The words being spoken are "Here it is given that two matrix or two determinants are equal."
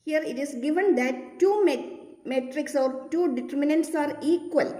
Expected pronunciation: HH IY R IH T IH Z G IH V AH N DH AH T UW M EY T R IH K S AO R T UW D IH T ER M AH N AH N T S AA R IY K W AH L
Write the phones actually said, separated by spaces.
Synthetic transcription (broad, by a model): HH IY R IH T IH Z G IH V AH N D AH T UW M EY T R IH K S AO R T UW D IH T ER M AH N AH N T S AA R IY K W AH L